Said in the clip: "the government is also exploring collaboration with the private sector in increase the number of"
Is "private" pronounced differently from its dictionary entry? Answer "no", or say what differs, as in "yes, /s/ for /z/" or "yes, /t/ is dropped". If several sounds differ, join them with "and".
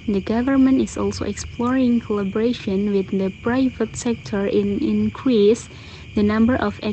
no